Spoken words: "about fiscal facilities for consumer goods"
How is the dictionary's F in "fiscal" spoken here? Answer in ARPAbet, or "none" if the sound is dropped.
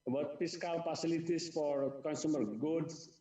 P